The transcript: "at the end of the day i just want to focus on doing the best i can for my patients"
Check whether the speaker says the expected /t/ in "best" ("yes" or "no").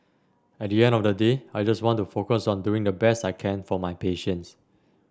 yes